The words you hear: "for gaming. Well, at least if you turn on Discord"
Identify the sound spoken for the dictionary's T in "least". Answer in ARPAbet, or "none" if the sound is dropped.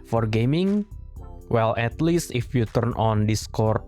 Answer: T